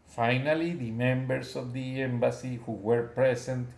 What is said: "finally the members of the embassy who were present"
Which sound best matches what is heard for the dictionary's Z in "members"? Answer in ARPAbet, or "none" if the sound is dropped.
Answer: S